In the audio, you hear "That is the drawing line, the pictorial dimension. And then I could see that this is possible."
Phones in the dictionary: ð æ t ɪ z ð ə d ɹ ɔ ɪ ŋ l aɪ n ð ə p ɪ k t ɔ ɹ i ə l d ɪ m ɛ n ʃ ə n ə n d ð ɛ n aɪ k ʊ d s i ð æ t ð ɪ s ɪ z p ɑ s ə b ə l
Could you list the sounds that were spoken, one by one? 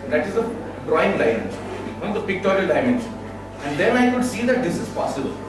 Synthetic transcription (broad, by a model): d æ t ɪ z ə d ɹ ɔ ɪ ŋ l aɪ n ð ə p ɪ k t ɔ ɹ i ə l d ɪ ɪ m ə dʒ ə n d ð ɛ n aɪ k ʊ d s i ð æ t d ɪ s ɪ z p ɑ s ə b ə l